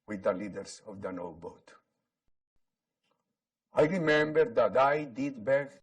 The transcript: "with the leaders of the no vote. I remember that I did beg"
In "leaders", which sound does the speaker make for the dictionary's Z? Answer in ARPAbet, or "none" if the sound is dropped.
S